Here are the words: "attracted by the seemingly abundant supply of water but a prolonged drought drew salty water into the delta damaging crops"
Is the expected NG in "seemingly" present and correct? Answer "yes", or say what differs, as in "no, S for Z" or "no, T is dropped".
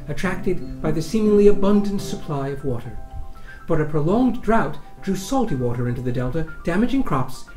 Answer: yes